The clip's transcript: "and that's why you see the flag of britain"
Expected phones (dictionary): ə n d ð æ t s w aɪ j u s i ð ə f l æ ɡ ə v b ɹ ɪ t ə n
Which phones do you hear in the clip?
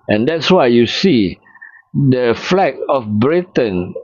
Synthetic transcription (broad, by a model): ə n d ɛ t s w aɪ j u s i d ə f l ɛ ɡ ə f b ɹ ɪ t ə n